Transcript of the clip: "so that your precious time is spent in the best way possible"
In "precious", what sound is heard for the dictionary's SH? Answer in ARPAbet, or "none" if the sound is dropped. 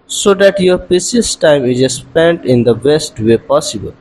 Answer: none